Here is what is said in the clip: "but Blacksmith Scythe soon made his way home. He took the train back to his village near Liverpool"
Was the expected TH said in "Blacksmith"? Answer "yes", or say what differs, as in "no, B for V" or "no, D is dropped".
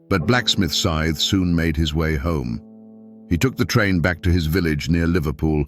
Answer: yes